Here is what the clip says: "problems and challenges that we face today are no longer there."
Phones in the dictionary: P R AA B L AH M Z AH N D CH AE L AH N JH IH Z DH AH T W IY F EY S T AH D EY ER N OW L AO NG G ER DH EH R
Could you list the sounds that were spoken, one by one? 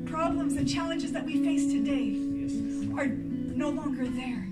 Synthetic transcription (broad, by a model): P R AA B L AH M Z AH N CH AE L AH N JH IH Z DH AH T W IY F EY S T AH D EY ER N OW L AO NG G ER DH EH R